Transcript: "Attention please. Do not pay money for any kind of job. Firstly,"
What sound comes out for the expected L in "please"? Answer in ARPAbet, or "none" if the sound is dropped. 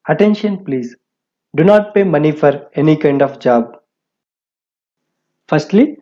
L